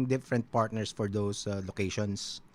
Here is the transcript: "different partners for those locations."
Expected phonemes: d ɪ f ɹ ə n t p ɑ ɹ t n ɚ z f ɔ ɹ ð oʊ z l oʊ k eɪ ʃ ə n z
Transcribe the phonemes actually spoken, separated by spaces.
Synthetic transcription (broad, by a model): d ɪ f ɹ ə n t p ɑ ɹ t n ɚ s f ɔ ɹ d oʊ s l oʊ k eɪ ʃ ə n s